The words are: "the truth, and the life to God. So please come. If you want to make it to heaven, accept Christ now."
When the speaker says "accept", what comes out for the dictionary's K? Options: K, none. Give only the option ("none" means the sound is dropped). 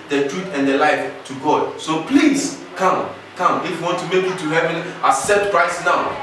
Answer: none